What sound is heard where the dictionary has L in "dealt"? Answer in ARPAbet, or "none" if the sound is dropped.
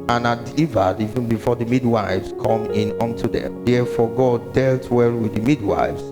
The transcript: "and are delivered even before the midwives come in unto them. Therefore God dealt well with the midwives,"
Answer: L